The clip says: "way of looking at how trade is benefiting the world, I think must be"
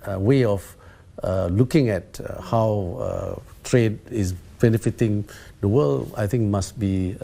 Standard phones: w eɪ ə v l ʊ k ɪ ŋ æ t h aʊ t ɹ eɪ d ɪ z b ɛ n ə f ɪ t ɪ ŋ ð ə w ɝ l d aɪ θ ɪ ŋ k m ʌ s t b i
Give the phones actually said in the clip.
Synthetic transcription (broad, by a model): w eɪ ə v l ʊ k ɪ ŋ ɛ t h aʊ t ɹ eɪ d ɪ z b ɛ n ə f ɪ t ɪ ŋ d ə w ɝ l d aɪ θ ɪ ŋ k m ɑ s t b i